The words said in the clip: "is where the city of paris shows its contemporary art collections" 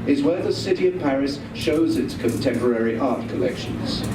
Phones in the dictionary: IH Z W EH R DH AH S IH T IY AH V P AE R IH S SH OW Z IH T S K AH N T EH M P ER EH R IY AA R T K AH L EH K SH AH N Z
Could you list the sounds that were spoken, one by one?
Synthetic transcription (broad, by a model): IH Z W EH R DH AH S IH T IY AH V P AE R IH S SH OW Z IH T S K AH N T EH M P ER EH R IY AA R T K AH L EH K SH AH N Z